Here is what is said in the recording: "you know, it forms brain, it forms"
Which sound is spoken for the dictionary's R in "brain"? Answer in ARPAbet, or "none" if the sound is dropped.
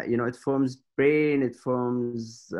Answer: R